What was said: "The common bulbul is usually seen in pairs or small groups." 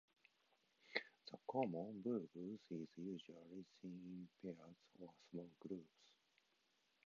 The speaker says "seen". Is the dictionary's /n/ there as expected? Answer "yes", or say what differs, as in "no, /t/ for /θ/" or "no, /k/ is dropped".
no, /n/ is dropped